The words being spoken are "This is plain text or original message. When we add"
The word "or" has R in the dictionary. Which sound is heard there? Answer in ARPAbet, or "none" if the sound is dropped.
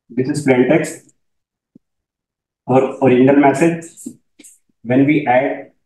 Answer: R